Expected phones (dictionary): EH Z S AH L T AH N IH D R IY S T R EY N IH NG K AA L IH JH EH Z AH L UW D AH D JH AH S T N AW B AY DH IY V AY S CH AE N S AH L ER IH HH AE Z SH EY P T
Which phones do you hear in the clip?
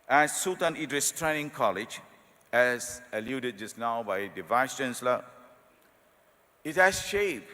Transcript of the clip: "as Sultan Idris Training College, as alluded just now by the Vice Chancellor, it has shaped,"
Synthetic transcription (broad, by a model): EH S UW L T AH N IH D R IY S T R EY N IH NG K AA L IH JH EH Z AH L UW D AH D JH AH S N AW B AY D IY V AY S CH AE N S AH L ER IH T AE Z SH EY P